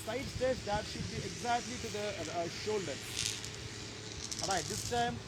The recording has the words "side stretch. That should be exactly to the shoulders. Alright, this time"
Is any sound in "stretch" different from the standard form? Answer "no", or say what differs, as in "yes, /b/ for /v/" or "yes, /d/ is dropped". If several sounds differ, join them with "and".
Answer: yes, /ɹ/ is dropped